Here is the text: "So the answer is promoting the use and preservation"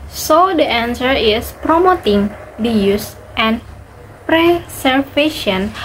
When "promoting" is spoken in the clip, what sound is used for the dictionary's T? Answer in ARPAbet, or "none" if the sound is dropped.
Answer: T